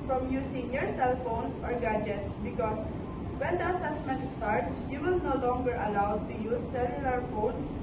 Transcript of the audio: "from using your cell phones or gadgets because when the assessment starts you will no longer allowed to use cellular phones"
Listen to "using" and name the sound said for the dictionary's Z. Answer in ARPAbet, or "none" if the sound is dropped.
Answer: S